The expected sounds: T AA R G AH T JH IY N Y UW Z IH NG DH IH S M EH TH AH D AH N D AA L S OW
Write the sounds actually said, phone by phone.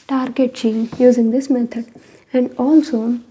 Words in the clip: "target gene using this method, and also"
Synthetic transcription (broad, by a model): T AA R G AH T CH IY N Y UW Z IH NG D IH S M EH T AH D AH N D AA L S OW